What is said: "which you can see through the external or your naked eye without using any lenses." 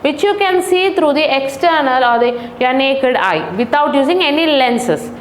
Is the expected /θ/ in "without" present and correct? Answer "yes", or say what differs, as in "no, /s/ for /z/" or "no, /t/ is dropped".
no, /t/ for /θ/